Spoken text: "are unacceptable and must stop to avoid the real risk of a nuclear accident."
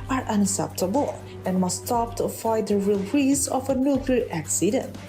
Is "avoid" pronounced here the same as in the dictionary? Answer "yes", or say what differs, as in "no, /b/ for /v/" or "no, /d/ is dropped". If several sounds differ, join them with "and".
no, /v/ is dropped